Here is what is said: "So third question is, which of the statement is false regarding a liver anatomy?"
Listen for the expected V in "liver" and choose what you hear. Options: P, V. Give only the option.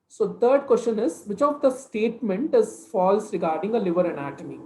V